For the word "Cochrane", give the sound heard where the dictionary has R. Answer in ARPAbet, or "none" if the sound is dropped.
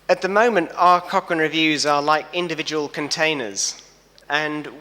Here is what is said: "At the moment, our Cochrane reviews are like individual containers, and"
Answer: none